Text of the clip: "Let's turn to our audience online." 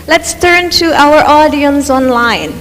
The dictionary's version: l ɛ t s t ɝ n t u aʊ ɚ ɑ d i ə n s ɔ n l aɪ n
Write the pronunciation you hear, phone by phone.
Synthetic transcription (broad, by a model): l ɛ t s t ɝ n t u aʊ ɚ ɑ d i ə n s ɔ n l aɪ n